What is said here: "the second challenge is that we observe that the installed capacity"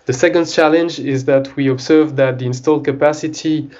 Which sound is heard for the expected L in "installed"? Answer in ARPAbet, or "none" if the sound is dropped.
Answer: L